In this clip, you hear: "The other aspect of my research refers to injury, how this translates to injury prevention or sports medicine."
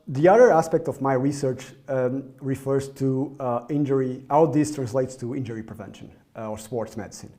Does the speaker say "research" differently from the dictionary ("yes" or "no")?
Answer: no